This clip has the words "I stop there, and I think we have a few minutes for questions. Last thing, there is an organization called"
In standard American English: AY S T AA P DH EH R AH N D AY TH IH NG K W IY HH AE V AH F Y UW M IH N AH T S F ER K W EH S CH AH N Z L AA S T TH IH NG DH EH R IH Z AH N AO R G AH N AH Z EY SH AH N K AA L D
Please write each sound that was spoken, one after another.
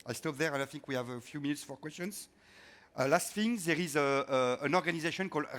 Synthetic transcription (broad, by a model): AY S T AA P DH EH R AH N AY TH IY NG K W IY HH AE V AH F Y UW M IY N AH T S F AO K W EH S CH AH N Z L AA S T F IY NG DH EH R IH Z AH N AO R G AH N AH Z EY SH AH N K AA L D